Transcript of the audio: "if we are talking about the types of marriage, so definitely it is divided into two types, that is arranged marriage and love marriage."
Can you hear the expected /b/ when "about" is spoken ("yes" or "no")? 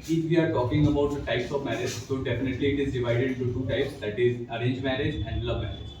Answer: yes